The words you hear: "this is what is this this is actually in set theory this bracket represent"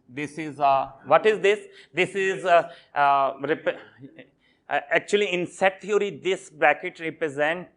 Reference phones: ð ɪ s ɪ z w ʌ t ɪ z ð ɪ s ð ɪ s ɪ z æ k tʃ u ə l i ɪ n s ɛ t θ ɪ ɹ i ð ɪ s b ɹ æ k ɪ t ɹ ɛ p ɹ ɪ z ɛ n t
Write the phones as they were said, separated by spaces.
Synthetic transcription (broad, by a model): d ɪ s ɪ z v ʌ t ɪ z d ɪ s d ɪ s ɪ z æ k tʃ u ə l i ɪ n s ɛ t t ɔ ɹ i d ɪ s b l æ k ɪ t ɹ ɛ p ɹ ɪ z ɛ n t